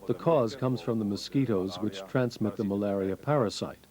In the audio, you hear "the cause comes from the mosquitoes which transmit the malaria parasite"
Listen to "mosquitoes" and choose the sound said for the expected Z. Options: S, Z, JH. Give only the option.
Z